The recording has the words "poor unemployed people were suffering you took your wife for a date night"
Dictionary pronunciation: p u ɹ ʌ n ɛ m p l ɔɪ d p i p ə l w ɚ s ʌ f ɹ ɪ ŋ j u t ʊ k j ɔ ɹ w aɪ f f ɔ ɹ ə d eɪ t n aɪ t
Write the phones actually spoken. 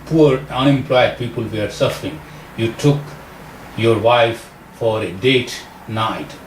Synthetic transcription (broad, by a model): p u ɹ ʌ n ɛ m p l ɔɪ d p i p ə l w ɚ s ʌ f ɹ ɪ ŋ j u t ʊ k j ɔ ɹ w aɪ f f ɔ ɹ ə d eɪ t n aɪ t